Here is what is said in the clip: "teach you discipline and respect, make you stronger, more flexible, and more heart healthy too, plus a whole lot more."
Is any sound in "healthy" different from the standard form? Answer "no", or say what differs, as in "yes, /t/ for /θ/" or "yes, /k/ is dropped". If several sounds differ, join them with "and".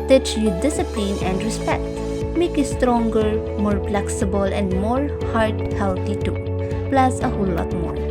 yes, /t/ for /θ/